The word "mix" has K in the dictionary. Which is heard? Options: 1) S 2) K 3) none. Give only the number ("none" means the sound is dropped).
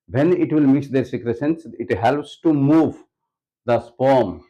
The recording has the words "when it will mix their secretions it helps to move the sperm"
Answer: 3